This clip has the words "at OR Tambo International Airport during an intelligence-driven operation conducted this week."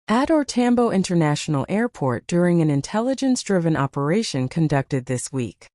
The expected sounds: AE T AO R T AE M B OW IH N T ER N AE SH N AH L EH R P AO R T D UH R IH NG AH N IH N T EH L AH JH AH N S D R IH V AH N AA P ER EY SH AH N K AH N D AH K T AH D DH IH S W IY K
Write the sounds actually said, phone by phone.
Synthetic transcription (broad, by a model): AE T AO R T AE M B OW IH N T ER N AE SH N L EH R P AO R T D UH R IH NG AH N IH N T EH L AH JH AH N S D R IH V AH N AA P ER EY SH AH N K AH N D AH K T AH D DH IH S W IY K